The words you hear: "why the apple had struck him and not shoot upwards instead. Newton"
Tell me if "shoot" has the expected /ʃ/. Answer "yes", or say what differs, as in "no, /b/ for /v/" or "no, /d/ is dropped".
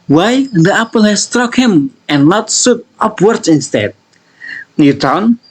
no, /s/ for /ʃ/